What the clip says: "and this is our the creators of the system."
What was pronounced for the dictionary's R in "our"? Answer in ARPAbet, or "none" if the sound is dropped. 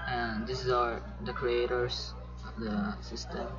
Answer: R